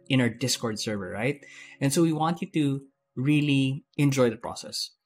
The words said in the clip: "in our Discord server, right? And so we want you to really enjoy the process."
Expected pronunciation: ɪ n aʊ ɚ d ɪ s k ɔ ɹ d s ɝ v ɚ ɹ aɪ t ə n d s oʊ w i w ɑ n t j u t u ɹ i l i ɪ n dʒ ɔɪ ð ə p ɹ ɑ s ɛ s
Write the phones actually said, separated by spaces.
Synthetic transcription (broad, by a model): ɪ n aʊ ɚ d ɪ s k ɔ ɹ d s ɝ v ɚ ɹ aɪ t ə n s oʊ w i w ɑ n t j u t u ɹ i l i ɪ n dʒ ɔɪ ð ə p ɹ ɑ s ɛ s